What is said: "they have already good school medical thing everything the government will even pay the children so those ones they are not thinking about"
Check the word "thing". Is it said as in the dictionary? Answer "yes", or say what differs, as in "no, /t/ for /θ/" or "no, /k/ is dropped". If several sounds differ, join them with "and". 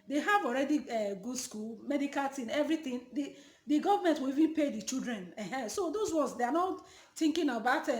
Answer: no, /t/ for /θ/